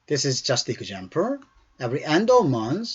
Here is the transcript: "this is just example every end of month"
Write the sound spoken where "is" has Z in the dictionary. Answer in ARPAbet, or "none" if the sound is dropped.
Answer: Z